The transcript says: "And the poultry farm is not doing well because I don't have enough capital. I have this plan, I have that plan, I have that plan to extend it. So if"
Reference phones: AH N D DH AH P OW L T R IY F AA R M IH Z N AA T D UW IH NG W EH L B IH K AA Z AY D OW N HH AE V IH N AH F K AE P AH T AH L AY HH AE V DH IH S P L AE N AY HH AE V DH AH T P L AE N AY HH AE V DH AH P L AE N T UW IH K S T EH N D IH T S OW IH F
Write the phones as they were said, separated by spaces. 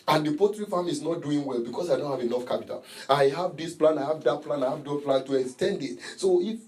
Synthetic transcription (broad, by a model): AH N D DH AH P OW T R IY F AA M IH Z N AA T D UW IH NG W EH L B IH K AA S AY D OW N HH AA V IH N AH F K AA P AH T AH L AY HH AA V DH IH S P L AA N AY HH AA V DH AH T P L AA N AY HH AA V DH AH P L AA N T UW IH K S T EH N D IH T S OW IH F